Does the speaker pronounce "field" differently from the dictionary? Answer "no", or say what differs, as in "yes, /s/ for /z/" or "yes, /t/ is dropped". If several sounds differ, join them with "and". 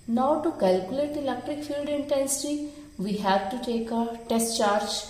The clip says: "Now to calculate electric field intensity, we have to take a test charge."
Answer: no